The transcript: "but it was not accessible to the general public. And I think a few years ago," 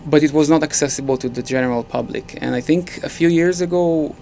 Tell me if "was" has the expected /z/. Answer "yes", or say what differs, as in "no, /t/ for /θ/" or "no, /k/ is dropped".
yes